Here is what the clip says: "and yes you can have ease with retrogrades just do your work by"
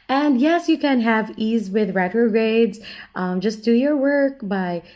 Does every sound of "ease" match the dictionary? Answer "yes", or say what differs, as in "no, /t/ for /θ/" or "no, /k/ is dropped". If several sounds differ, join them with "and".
yes